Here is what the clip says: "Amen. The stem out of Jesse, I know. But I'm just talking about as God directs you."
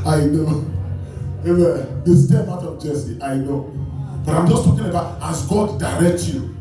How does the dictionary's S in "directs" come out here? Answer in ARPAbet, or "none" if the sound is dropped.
none